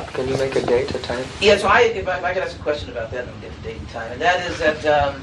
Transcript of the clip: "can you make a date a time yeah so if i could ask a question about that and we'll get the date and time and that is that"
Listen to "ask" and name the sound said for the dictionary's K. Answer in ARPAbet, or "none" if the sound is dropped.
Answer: none